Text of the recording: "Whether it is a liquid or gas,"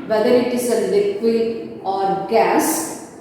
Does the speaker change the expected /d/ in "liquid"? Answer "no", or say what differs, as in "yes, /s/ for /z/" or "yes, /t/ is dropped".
yes, /d/ is dropped